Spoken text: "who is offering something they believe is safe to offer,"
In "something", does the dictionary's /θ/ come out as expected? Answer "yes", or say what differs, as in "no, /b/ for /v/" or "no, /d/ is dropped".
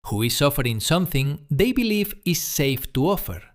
yes